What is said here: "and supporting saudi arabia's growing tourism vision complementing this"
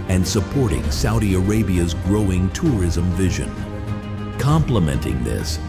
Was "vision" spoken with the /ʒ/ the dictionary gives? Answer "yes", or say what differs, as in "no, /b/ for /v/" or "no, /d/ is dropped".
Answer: yes